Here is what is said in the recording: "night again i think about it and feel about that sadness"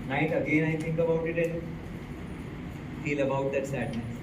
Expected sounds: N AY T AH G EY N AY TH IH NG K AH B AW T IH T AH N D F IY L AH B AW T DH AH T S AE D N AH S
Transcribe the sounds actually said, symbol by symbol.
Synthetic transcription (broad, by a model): N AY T AH G EY N AY T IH NG K AH B AW T IH T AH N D F IY L AH B AW T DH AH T S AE D N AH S